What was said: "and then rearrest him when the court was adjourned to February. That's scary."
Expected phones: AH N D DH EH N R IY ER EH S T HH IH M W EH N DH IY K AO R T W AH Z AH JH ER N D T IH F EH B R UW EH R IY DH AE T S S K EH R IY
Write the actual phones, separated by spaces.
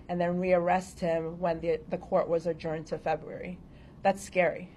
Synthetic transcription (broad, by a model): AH N DH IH N R IY ER EH S T HH IH M W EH N DH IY K AO R T W AH Z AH JH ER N T IH F EH B R UW EH R IY DH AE T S S K EH R IY